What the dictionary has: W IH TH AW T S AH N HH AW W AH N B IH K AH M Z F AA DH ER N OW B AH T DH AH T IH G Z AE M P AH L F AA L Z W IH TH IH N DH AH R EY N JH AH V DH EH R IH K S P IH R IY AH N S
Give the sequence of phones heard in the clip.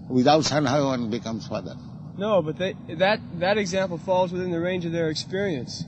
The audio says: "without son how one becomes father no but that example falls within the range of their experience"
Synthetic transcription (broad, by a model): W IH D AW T S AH N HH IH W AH N B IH K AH M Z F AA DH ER N OW B AH T DH AH T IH G Z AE M P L F AA L Z W IH TH IH N DH AH R EY N JH AH V DH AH R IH K S P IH R IY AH N S